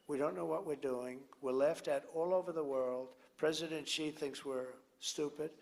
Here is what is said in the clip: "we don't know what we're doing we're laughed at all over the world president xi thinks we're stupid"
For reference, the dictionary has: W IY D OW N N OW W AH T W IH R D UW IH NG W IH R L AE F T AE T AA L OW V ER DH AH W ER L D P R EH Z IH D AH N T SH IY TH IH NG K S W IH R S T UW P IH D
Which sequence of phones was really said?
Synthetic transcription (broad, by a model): W IY D OW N N OW W AH T W IH R D UW IH NG W IH R L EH F T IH T AA L OW V ER DH AH W ER L D P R EH Z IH D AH N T SH IY TH IH NG K S W IH R S T UW P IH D